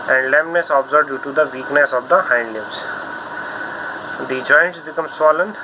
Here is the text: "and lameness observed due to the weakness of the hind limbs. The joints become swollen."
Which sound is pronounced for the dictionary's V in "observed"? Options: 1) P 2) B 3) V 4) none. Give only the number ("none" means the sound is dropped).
2